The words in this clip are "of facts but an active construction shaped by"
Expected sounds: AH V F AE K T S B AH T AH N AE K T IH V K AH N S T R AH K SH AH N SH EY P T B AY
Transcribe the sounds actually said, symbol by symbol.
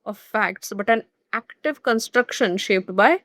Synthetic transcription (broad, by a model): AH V F AE K T S B AH T AH N AE K T IH V K AH N S T R AH K SH AH N SH EY P T B AY